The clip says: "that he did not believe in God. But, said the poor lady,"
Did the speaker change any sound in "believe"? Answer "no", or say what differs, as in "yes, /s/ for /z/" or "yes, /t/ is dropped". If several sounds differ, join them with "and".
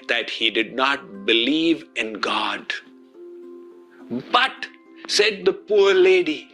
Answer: no